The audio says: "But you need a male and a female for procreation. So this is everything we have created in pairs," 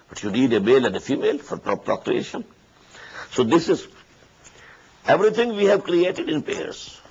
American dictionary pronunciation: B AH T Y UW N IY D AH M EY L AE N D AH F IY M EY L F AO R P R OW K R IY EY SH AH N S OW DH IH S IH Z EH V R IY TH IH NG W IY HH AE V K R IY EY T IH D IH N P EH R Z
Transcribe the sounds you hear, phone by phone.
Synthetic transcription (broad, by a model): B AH T Y UW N IY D AH M EY L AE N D AH F IY M EY L F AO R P R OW K R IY EY SH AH N S OW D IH S IH Z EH V R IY T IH NG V IY HH AE V K R IY EY T IH D IH N P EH R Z